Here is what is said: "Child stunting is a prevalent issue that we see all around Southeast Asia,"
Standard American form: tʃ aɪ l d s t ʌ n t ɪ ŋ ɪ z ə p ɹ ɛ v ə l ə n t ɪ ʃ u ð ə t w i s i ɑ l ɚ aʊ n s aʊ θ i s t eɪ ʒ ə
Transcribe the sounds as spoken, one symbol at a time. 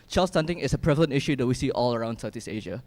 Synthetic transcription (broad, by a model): tʃ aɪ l s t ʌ n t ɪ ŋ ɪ s ə p ɹ ɛ v ə l ə n t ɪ ʃ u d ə t w i s i ɑ l ɚ aʊ n s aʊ t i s eɪ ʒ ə